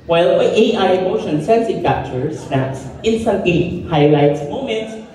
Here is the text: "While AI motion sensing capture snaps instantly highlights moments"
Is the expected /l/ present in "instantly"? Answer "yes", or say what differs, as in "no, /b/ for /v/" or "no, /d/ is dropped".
no, /l/ is dropped